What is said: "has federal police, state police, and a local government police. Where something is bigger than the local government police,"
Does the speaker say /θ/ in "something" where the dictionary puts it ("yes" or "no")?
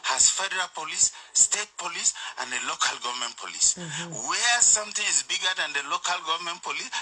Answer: no